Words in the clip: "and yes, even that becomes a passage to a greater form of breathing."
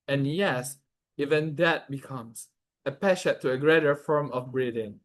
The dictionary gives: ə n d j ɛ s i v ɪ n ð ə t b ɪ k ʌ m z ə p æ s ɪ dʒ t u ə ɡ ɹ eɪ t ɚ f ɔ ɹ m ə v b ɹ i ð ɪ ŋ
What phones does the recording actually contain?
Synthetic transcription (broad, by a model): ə n j ɛ s i v ɪ n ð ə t b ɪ k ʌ m s ə p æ ʃ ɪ t u ə ɡ ɹ eɪ t ɚ f ɔ ɹ m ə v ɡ ɹ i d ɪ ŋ